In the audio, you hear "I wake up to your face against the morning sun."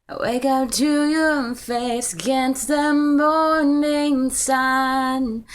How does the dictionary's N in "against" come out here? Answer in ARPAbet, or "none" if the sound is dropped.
N